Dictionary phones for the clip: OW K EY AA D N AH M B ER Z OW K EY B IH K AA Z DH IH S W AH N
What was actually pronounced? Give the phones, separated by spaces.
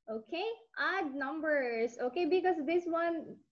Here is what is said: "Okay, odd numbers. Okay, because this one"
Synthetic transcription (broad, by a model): OW K EY AA D N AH M B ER S OW K EY B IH K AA S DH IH S W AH N